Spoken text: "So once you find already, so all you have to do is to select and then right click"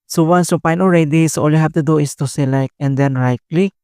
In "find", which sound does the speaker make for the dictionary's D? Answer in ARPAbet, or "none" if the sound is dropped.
none